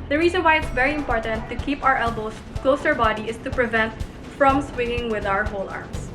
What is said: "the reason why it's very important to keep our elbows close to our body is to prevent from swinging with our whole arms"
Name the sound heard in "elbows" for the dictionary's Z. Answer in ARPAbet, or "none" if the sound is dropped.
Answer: S